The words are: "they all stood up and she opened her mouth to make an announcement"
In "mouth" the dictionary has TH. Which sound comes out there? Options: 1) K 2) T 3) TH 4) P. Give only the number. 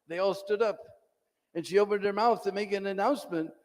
3